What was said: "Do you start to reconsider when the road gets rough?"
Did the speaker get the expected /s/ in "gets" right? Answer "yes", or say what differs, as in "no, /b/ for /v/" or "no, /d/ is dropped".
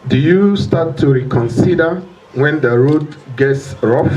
yes